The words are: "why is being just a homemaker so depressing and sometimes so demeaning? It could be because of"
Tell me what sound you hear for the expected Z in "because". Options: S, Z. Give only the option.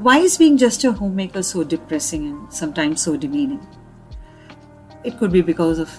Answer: Z